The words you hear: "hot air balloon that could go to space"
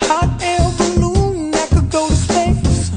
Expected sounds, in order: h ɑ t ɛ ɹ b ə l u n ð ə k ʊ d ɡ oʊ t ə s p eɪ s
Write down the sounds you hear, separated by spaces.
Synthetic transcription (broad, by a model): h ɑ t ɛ l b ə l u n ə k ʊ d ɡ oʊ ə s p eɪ